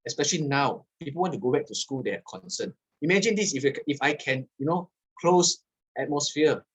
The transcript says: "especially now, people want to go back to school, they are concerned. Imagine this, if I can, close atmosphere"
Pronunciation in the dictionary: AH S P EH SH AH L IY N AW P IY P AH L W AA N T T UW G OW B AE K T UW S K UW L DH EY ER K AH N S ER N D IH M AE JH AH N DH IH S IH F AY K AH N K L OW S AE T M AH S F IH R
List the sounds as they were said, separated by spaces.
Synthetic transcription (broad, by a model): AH S P EH SH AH L IY N AW P IY P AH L W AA N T T UW G OW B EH K T UW S K UW L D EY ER K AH N S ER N IH M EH JH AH N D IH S IH F AY K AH N K L OW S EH T M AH S F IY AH